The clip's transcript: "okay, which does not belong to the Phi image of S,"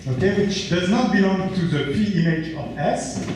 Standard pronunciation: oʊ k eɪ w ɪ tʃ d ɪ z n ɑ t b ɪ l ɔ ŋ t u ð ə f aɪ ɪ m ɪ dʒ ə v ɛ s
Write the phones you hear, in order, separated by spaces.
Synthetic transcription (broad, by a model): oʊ k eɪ w ɪ tʃ d ɪ z n ɑ t b ɪ l ɔ ŋ t u ð ə p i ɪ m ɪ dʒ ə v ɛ s